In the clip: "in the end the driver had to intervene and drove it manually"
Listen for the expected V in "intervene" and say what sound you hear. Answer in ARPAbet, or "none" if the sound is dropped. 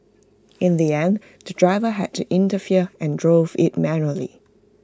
F